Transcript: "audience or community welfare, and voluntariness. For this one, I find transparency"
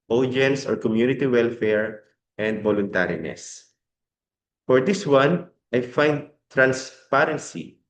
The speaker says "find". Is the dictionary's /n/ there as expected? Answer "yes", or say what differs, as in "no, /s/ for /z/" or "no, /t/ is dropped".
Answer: yes